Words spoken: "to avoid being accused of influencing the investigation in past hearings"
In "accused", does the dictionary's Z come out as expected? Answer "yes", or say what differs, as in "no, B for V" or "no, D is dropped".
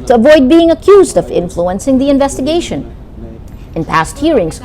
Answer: yes